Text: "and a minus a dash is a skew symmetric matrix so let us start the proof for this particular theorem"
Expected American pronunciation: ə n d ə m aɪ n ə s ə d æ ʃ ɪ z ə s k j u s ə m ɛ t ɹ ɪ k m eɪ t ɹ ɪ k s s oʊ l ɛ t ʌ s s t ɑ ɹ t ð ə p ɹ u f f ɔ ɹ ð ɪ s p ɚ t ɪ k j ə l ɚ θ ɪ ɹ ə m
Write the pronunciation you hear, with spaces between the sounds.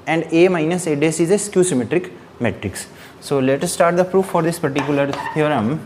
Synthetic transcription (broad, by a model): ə n d ə m aɪ n ə s ə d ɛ s ɪ z ə s k j u s ə m ɛ t ɹ ɪ k m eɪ t ɹ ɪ k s s oʊ l ɛ t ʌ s s t ɑ ɹ t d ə p ɹ u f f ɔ ɹ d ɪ s p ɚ t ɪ k j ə l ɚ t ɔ ɹ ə m